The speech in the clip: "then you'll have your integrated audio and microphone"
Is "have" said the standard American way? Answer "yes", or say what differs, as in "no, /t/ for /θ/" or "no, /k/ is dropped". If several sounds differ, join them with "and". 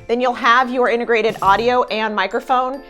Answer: yes